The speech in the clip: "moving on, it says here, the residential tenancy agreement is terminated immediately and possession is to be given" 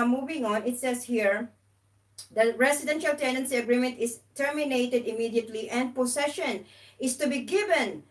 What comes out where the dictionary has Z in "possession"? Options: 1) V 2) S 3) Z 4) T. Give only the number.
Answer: 2